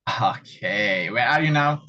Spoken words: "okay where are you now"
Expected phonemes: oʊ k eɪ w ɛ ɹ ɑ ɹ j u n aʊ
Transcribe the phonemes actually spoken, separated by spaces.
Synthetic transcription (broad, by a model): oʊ k eɪ w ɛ l ɑ ɹ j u n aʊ